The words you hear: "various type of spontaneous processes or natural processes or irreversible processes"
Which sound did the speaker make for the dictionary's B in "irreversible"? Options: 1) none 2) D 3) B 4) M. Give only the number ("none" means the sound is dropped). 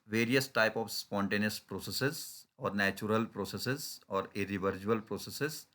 1